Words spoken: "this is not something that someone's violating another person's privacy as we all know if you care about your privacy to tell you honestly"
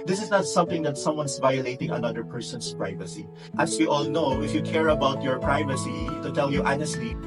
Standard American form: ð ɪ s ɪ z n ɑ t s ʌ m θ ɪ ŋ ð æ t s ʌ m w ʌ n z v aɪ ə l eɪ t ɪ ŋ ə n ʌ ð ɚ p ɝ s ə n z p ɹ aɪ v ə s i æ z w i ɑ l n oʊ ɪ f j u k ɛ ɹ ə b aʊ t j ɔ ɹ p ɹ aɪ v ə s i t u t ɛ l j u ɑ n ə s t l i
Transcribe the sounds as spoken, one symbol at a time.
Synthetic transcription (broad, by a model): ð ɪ s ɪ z n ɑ t s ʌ m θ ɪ ŋ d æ t s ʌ m w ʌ n s v aɪ ə l eɪ t ɪ ŋ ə n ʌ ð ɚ p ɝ s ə n s p ɹ aɪ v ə s i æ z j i ɑ l n oʊ ɪ f j u k ɛ ɹ ə b aʊ t j ɔ ɹ p ɹ aɪ v ə s i t u t ɛ l j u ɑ n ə s t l i